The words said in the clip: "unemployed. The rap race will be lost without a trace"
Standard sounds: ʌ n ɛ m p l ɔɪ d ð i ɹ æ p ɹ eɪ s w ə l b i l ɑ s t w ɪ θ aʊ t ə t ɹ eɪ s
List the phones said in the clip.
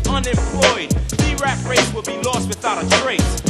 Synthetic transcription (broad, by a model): ʌ n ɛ m p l ɔɪ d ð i ɹ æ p ɹ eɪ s w ə l b i l ɑ s t w ɪ θ aʊ t ə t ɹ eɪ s